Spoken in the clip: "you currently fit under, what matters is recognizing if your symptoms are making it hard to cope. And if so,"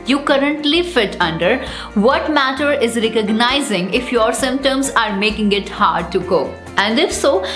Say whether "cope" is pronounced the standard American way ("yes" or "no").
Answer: no